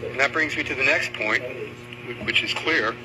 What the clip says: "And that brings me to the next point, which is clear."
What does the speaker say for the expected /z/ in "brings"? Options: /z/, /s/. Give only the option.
/z/